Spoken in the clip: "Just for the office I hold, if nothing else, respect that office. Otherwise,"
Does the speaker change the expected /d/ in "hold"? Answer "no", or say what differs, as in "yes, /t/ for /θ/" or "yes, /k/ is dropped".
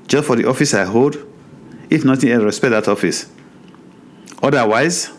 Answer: no